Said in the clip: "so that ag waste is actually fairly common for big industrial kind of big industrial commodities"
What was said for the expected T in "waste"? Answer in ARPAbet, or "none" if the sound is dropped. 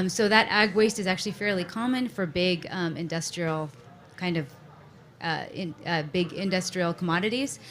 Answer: T